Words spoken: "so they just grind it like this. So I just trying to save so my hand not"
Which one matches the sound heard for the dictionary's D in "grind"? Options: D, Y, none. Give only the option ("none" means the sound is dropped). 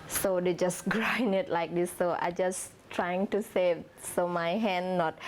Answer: none